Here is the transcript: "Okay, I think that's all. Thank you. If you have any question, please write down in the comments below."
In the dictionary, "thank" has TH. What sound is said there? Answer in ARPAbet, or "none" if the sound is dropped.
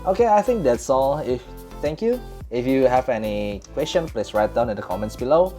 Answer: F